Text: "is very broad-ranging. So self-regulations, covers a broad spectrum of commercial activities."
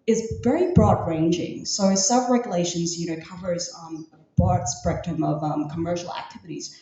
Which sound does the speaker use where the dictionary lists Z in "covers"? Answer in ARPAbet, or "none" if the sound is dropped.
Z